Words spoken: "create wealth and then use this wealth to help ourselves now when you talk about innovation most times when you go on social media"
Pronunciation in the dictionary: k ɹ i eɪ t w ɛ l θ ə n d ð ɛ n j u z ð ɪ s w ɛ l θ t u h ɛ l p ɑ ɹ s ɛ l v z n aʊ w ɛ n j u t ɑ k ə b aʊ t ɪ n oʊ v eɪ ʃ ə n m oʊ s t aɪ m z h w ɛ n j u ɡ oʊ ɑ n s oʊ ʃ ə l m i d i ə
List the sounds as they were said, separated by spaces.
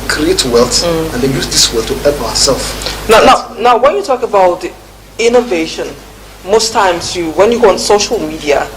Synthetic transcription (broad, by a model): k ɹ i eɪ t w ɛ l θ ə n d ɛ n j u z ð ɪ s w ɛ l t u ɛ p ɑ s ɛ l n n n aʊ w ɛ n j u t ɑ k ə b aʊ t ɪ n oʊ v eɪ ʃ ə n m oʊ s t aɪ m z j w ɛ n j u ɡ oʊ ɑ n s oʊ ʃ ə l m i d i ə